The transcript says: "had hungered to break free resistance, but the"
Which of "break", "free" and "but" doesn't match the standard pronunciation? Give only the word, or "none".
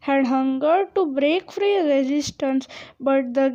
none